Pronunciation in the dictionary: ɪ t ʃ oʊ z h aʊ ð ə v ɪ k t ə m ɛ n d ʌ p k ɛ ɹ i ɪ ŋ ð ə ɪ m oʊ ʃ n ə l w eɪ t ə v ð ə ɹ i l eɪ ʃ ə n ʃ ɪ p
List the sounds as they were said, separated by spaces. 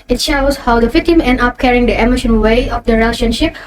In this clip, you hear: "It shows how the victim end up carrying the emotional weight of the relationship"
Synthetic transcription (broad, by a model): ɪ t ʃ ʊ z h aʊ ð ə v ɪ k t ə m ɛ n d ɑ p k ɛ ɹ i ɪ ŋ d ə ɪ m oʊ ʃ ə n w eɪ ə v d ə ɹ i l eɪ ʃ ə n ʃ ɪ p